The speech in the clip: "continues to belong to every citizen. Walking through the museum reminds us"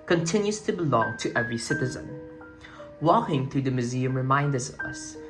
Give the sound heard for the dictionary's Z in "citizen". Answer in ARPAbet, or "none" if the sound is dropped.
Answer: Z